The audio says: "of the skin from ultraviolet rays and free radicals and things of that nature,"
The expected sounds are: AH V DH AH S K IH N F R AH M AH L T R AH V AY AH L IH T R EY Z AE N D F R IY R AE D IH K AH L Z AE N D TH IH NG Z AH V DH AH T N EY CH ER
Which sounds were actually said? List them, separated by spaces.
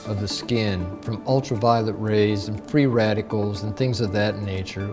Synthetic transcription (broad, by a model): AH V DH AH S K IH N F R AH M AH L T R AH V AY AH L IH T R EY Z N F R IY R AE D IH K L Z N TH IH NG Z AH V DH AH T N EY CH ER